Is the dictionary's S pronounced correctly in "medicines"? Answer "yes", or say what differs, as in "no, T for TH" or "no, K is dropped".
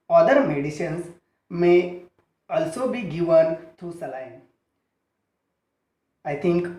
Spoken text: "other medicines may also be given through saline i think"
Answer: no, SH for S